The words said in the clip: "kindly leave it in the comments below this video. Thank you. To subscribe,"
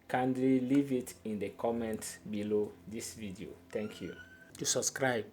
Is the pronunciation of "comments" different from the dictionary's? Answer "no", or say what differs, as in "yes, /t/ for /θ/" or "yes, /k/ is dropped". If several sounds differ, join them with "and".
yes, /s/ is dropped